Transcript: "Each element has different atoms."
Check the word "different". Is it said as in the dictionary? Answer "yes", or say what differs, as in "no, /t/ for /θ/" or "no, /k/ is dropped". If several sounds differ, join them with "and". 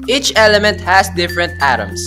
yes